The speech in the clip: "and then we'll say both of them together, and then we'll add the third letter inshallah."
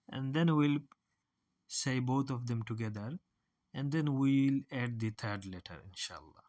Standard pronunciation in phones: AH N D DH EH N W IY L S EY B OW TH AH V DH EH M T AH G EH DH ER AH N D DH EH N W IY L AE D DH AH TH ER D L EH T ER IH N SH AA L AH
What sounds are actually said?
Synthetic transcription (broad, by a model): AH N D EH N W IY L S EY B OW T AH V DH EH M T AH G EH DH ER AH N D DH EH N W IY L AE D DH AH T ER D L EH T ER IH N SH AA L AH